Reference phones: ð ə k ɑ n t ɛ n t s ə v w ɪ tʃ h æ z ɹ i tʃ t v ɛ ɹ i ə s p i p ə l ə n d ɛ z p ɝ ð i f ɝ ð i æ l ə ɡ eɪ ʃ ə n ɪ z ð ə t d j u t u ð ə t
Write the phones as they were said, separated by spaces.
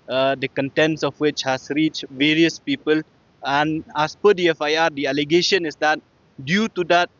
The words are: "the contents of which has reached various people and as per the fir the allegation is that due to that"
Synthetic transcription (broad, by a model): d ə k ɑ n t ɛ n t s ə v w ɪ tʃ h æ s ɹ i tʃ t v ɛ ɹ i ə s p i p ə l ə n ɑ s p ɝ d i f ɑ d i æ l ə ɡ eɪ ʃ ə n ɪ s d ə t d j u t u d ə t